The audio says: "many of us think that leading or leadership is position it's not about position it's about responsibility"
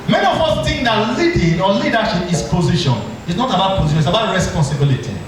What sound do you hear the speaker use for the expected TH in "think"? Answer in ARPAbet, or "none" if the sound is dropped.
T